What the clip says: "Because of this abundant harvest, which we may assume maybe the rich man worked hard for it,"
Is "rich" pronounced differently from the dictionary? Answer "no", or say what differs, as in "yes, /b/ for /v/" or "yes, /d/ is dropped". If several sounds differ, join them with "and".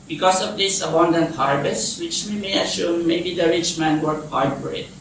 no